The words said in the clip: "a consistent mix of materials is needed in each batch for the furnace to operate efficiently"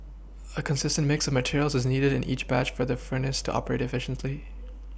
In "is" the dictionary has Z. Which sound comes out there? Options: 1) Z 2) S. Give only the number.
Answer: 1